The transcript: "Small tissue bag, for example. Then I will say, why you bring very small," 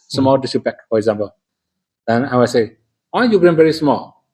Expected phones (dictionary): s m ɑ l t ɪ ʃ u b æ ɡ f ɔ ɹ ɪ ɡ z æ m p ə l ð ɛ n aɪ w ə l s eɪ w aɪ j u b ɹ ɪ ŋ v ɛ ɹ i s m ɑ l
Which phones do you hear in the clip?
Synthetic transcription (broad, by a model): s m ɑ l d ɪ s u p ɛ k f ɔ ɹ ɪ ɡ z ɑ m p ə l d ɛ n aɪ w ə s eɪ w aɪ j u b ɹ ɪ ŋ v ɛ ɹ i s m ɑ l